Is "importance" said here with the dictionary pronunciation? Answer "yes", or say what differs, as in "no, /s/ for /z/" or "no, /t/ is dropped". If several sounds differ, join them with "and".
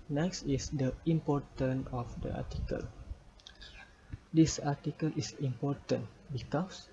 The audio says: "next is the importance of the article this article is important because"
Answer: no, /s/ is dropped